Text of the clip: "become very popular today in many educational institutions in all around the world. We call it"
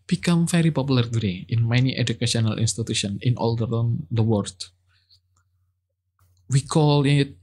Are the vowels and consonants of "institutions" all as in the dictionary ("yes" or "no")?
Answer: no